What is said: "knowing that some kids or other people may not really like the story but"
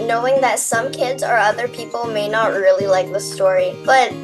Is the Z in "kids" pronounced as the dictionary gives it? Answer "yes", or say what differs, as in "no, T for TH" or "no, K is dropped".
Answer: yes